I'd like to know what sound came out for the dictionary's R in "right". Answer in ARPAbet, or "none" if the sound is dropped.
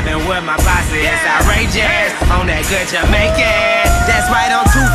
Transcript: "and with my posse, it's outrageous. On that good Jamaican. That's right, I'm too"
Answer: W